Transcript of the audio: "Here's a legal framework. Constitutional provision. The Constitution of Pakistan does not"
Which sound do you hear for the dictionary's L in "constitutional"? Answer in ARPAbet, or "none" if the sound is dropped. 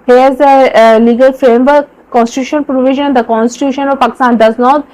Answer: N